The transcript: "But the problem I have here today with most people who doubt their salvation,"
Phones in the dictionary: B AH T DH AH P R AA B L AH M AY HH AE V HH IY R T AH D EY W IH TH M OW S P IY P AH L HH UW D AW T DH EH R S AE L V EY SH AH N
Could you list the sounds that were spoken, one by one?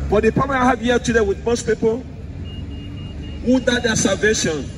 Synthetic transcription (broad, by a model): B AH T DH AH P AA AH AY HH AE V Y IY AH T AH D EY W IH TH M OW S P IY P AH L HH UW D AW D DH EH S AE L V EY SH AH N